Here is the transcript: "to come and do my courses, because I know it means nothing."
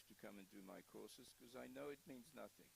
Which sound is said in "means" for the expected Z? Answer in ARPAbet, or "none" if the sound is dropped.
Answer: Z